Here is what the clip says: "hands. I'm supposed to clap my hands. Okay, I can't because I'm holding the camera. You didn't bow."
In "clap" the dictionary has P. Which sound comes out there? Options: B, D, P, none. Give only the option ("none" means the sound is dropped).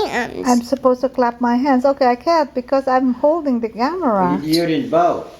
P